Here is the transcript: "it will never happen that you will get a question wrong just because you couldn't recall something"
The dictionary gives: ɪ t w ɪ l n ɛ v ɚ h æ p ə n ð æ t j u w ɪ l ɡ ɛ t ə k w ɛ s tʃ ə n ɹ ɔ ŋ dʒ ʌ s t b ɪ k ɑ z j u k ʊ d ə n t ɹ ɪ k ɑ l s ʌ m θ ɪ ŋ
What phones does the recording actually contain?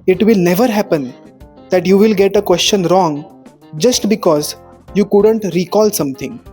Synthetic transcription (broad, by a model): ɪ t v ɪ l n ɛ v ɚ h æ p ə n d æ t j u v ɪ l ɡ ɛ t ə k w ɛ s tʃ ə n ɹ ɔ ŋ dʒ ʌ s t b ɪ k ɑ z j u k ʊ d ə n t ɹ ɪ k ɑ l s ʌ m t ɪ ŋ